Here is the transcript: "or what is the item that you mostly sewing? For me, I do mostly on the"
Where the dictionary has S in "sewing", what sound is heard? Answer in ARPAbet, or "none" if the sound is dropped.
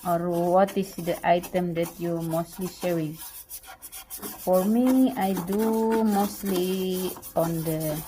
SH